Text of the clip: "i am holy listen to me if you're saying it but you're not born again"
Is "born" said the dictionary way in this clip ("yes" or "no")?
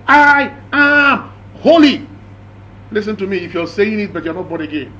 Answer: no